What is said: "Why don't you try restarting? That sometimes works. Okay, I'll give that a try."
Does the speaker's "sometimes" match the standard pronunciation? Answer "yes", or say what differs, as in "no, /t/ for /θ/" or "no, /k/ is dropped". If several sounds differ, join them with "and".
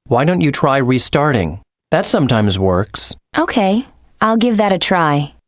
yes